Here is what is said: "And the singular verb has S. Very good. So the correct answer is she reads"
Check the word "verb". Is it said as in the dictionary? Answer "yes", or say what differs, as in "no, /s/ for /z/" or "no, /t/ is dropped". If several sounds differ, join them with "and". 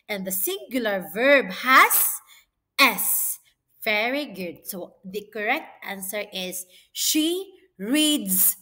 yes